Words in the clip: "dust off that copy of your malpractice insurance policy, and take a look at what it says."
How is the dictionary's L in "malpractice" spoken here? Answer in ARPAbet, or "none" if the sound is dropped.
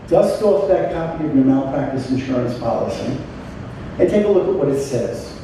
N